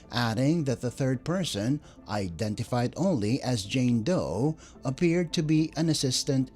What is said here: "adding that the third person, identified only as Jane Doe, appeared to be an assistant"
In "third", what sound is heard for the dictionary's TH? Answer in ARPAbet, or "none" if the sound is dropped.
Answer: TH